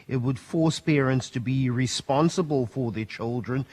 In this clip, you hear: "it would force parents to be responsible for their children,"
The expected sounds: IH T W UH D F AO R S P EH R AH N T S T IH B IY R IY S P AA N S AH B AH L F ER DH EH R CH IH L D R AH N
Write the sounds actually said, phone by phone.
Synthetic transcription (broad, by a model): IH T W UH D F AO R S P EH R AH N T S T IH B IY R IY S P AA N S AH B AH L F ER DH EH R CH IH L D R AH N